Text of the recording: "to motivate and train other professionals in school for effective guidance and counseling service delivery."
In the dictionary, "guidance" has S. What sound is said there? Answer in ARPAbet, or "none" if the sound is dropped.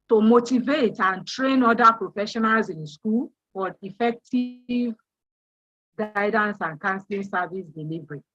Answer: S